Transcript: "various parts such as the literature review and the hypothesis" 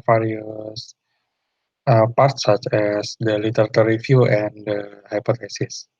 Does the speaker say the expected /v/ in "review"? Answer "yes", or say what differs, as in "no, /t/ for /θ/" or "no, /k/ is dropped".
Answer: no, /f/ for /v/